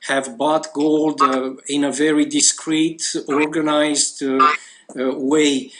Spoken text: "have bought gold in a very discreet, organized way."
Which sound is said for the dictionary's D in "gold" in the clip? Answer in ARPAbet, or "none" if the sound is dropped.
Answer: D